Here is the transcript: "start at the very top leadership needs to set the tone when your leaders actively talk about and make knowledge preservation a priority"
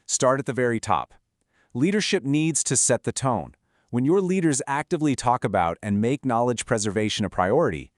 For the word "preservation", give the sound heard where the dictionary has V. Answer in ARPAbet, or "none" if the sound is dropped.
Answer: V